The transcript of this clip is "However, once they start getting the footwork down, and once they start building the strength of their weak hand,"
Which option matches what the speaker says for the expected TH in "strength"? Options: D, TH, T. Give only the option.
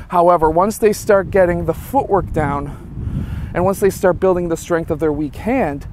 TH